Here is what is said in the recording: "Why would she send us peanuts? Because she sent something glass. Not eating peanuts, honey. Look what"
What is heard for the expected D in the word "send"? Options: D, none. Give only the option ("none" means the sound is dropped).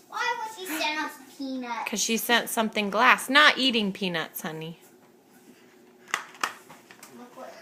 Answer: none